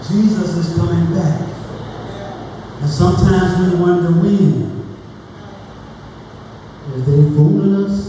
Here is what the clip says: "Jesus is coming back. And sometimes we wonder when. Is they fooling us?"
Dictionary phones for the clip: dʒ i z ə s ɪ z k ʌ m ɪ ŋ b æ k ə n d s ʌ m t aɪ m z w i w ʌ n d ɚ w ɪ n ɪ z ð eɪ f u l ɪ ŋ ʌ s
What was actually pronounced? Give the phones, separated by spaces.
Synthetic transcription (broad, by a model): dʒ i z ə s ɪ z k ʌ m ɪ ŋ b æ k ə n s ʌ m t aɪ m z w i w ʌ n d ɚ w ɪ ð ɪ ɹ ð eɪ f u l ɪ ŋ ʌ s